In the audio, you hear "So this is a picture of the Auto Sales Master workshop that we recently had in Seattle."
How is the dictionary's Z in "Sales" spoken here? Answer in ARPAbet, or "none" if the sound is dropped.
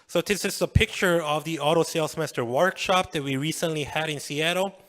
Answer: S